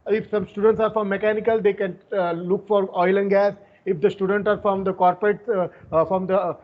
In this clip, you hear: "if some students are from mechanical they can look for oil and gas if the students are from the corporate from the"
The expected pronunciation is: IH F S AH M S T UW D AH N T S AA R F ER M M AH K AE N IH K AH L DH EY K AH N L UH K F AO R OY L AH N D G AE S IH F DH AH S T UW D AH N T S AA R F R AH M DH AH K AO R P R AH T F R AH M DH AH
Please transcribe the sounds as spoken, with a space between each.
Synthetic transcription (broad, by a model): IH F S AH M S T UW D AH N T S AA R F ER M M AH K AE N IH K AH L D EY K AH N L UH K F AO R OY L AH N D G AE S IH F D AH S T UW D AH N T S AA R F R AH M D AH K AO R P R AH T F R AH M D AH